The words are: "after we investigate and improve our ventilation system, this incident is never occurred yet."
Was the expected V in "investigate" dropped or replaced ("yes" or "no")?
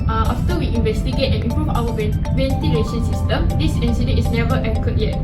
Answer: no